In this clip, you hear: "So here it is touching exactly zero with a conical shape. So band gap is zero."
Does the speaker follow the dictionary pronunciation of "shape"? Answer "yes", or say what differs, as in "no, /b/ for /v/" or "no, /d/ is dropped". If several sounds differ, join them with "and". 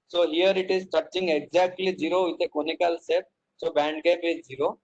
no, /s/ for /ʃ/